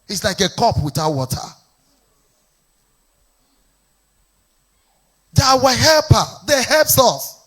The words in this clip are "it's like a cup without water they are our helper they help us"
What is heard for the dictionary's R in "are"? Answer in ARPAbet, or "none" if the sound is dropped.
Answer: W